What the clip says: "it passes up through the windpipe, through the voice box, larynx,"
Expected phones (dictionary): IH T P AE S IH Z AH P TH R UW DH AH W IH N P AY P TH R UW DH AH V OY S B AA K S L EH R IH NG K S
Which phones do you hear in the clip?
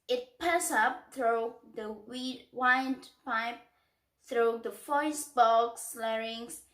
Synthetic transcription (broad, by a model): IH T P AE S AH P TH R UW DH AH W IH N P AY P TH R UW DH AH F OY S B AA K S L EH R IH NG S